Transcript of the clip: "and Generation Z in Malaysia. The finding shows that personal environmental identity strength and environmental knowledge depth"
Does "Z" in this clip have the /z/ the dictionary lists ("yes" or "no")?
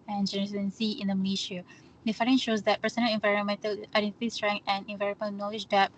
no